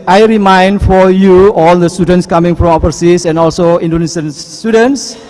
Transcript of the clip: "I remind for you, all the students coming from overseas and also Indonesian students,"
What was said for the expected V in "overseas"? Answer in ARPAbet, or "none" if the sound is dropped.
P